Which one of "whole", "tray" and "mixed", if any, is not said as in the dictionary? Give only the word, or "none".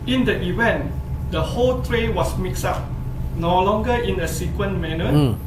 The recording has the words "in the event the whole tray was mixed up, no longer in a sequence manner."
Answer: mixed